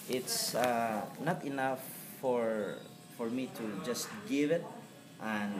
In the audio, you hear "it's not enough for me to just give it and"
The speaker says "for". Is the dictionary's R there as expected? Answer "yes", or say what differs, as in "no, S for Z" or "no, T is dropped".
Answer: yes